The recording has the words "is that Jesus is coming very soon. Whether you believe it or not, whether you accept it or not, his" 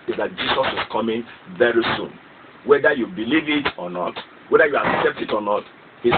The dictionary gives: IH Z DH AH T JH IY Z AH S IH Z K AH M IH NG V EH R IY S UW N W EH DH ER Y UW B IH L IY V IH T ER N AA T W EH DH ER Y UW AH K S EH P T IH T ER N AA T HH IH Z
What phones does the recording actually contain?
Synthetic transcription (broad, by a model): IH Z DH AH T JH IY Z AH S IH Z K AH M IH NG V EH R IY S UW N W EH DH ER Y UW B IH L IY V IH T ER N AA T W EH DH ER Y UW AH K S EH P T IH T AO N AA T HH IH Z